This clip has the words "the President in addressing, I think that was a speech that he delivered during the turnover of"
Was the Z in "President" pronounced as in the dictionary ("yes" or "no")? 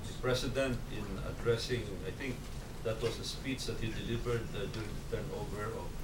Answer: no